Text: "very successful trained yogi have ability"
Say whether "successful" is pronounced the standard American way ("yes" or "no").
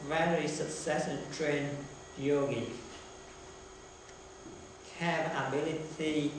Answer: no